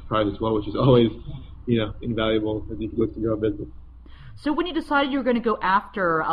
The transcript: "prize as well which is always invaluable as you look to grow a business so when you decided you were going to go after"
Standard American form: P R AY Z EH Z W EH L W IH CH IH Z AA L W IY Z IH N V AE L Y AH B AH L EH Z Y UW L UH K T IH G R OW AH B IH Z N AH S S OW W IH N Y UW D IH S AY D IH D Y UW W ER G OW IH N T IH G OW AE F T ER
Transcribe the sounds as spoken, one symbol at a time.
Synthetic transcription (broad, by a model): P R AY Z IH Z W EH L W IH CH IH Z AA L W IY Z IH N V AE L Y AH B L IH Z Y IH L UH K T IH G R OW AH B IH Z N AH S S OW W IH N Y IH D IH S AY D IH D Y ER G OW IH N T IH G OW AE F T ER